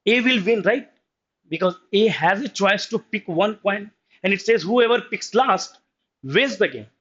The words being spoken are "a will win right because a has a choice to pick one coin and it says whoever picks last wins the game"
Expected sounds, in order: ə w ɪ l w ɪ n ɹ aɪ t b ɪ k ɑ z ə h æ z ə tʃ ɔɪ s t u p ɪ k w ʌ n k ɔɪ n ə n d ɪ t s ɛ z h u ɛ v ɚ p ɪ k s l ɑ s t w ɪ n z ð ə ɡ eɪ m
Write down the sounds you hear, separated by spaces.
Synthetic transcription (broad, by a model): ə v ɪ l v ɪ n ɹ aɪ t b ɪ k ɑ z ə h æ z ə tʃ ɔɪ s t u p ɪ k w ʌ n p ɔɪ n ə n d ɪ t s ɛ z h u ɛ v ɚ p ɪ k s l ɑ s t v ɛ z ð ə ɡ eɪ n